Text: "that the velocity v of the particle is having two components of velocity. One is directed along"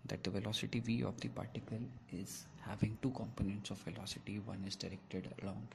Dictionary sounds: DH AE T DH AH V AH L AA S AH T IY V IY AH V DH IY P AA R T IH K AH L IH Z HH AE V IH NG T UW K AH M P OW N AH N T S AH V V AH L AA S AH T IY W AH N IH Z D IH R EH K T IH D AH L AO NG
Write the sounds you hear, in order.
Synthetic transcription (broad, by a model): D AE T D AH V AH L AA S AH T IY V IY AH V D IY P AA R T IH K AH L IH Z HH AE V IH NG T UW K AH M P OW N AH N T S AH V V AH L AA S AH T IY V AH N IH Z D IH R EH K T IH D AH L AO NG